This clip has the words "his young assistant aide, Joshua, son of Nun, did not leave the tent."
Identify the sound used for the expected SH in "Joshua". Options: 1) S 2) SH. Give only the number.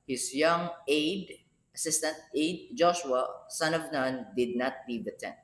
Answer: 2